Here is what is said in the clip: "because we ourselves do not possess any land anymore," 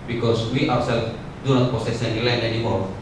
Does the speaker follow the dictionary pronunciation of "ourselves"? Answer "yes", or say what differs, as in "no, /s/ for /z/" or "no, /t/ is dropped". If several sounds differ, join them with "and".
no, /w/ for /ɹ/